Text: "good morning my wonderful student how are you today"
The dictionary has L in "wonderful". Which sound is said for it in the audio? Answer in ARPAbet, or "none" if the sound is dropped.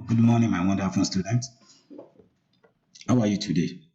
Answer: N